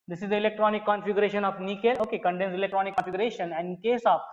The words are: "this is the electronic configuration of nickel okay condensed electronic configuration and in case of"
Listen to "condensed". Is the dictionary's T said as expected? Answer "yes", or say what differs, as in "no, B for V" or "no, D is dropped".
no, T is dropped